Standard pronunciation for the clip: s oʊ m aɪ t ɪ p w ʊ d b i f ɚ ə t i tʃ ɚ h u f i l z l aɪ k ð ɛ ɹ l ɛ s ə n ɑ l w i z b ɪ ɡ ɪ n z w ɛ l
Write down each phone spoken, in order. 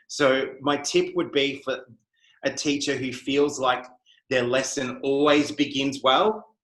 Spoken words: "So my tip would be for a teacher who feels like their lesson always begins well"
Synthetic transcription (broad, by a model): s oʊ m aɪ t ɪ p w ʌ d b i f ɚ ə t i tʃ ɚ h u f i l z l aɪ k ð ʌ ɹ l ɛ s ə n ɑ l w i z b ɪ ɡ ɪ n z w ɛ l